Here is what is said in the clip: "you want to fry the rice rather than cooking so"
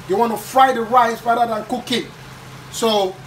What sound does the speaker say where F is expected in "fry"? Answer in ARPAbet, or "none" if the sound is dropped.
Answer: F